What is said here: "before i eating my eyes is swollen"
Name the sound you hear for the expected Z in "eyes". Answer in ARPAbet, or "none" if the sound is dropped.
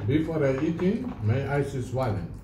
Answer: S